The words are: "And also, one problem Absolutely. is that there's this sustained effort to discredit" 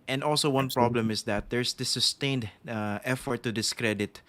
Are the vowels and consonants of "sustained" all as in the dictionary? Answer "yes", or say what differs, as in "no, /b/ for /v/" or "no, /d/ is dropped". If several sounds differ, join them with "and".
yes